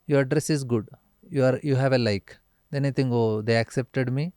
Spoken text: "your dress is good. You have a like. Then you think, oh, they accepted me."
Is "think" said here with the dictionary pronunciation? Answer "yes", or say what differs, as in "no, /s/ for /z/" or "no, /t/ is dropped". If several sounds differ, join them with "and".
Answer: no, /t/ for /θ/ and /k/ is dropped